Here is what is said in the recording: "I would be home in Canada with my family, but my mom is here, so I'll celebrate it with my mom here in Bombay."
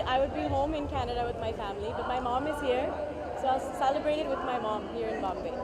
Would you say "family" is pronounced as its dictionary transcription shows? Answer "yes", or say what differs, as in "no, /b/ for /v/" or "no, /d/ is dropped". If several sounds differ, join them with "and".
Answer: yes